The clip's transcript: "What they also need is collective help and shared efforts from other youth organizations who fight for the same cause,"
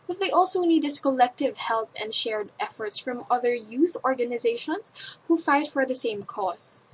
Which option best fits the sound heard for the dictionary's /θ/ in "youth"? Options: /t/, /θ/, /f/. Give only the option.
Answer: /θ/